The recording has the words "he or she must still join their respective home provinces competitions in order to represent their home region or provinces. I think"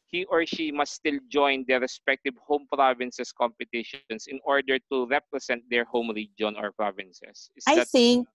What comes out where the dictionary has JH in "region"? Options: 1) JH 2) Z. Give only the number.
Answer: 1